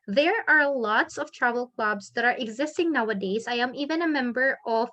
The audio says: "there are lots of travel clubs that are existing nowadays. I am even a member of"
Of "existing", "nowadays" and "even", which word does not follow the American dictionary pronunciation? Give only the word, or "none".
none